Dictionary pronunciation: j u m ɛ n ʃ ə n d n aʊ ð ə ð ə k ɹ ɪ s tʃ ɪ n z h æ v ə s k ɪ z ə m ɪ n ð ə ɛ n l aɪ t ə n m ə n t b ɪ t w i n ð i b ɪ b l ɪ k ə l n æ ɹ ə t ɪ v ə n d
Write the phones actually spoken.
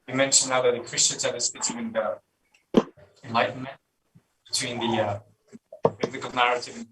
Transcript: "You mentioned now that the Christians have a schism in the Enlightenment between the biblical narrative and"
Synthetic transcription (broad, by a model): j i m ɛ n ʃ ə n n aʊ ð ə ð ə k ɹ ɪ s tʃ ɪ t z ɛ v ə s ɪ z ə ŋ ɪ n ð ə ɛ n l aɪ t n m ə n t b ɪ t w i n ð i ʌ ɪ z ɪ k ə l n æ ɹ ə t ɪ v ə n